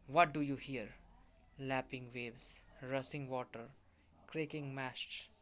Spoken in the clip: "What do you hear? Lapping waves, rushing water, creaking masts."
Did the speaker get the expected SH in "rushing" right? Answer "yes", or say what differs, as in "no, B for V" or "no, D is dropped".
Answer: no, S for SH